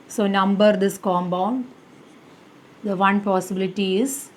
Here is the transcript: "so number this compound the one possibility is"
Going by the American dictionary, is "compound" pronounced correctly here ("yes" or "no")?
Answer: no